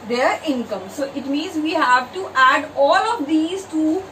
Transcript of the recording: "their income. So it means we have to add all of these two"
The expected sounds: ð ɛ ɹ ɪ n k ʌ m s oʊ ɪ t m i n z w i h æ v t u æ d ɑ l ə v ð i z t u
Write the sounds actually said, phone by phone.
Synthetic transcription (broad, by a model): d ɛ ɹ ɪ n k ʌ m s oʊ ɪ t m i n z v i h æ v t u æ d ɑ l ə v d i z t u